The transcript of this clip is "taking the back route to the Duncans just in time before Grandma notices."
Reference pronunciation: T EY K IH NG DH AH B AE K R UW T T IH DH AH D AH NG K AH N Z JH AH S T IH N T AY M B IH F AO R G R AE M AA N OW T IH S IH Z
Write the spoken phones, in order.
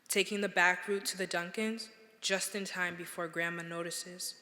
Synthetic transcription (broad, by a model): T EY K IH NG DH AH B AE K R UW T T IH DH AH D AH NG K AH N Z JH AH S T IH N T AY M B IH F AO R G R AE M AA N OW T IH S IH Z